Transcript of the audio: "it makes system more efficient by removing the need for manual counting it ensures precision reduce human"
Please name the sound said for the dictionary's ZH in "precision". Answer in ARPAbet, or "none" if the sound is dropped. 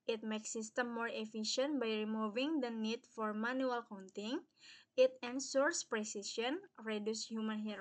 SH